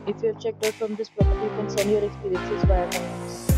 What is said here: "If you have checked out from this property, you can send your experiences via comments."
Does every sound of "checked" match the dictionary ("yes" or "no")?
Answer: yes